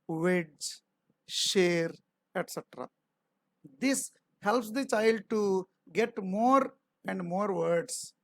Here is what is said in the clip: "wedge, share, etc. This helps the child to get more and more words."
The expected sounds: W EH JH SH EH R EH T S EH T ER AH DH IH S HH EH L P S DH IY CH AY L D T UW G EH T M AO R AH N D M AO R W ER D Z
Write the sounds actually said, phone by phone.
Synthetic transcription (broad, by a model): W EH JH SH EH R EH T S EH T ER AH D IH S HH EH L P S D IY CH AY L D T UW G EH T M AO R AH N D M AO R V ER D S